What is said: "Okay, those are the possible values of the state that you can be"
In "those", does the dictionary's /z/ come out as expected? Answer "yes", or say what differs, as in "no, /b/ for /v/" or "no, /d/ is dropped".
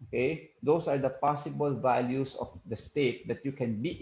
no, /s/ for /z/